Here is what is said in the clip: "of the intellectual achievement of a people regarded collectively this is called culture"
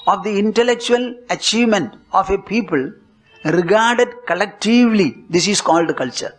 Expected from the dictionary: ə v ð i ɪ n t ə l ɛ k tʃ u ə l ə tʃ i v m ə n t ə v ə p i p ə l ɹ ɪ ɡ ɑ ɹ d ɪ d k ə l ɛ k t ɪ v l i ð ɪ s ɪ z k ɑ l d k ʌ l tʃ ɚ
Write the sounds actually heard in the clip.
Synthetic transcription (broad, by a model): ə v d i ɪ n t ə l ɛ k tʃ u ə l ə tʃ i v m ə n t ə f ə p i p ə l ɹ ɪ ɡ ɑ ɹ d ɪ d k ə l ɛ k t ɪ v l i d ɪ s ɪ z k ɑ l d k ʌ l tʃ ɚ